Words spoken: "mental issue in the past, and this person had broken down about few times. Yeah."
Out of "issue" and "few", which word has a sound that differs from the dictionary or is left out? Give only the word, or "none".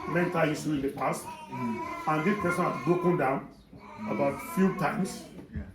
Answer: issue